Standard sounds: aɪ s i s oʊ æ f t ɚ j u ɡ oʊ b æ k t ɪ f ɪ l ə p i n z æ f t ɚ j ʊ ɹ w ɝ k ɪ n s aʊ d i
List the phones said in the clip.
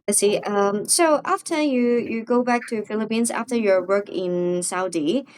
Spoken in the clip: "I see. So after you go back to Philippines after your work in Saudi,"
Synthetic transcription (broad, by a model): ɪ s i s oʊ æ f t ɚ j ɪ ɡ oʊ b æ k t ɪ f ɪ l ə p i n z æ f t ɚ j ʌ ɹ w ɝ k ɪ n s aʊ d i